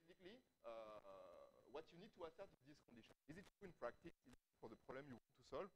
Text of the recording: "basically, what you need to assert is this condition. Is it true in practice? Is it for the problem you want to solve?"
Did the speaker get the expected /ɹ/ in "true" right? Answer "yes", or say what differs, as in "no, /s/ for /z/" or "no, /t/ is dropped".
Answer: no, /ɹ/ is dropped